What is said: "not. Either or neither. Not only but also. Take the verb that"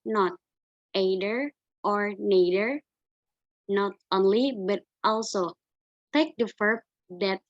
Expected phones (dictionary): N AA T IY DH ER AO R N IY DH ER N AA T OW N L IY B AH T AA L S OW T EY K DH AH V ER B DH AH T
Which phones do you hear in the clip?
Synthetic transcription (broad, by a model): N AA T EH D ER AO R N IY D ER N AA T OW N L IY B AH T AA L S OW T EY K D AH F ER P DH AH T